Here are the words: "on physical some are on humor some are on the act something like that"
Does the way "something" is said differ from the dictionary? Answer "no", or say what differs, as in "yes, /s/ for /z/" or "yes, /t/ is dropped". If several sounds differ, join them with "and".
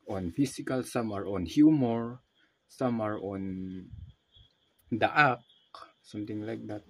yes, /t/ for /θ/